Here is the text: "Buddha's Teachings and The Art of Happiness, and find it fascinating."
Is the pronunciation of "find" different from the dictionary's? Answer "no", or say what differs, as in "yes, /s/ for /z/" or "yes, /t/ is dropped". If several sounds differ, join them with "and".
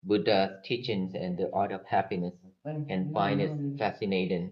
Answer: yes, /d/ is dropped